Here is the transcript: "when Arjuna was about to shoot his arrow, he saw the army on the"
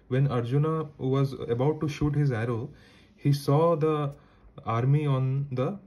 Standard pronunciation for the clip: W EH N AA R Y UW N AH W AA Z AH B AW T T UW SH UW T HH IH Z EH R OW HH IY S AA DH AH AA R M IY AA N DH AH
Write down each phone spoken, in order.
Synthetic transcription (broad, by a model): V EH N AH R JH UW N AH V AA Z AH B AW T T UW SH UW T HH IH Z EH R OW HH IY S AA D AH AA R M IY AA N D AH